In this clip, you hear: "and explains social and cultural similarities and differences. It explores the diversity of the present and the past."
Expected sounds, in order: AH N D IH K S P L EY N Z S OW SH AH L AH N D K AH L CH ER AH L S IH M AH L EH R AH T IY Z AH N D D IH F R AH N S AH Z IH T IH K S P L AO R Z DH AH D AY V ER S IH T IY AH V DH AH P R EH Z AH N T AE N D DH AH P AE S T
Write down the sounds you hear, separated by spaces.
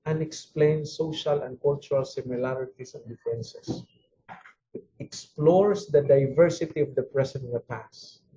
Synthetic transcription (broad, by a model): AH N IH K S P L EY N S OW SH AH L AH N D K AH L CH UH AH L S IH M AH L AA R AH T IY S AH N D D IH F AH N S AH S IH T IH K S P L AO R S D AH D AY V ER S IH T IY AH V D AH P R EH S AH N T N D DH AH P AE S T